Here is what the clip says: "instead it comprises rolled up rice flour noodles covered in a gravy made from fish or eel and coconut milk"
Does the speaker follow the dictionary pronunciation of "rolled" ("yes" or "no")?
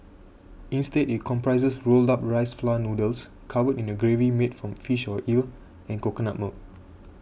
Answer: yes